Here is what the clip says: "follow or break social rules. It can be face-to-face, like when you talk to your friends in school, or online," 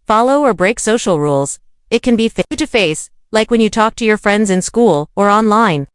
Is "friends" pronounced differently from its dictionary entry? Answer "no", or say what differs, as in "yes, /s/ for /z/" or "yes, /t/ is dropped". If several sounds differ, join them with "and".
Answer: no